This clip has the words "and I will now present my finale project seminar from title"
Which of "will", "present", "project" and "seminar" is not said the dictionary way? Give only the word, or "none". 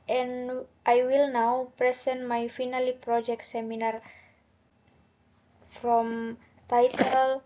present